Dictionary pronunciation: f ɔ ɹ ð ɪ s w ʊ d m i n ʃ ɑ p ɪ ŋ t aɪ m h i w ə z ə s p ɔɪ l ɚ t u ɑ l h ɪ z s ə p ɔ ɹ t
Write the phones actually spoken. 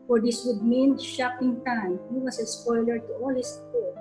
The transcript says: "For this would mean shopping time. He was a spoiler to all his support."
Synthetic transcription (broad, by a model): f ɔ ɹ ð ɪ s w ʊ d m i n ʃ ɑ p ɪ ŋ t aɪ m h i w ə s ə s p ɔɪ l ɚ t u ɑ l h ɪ s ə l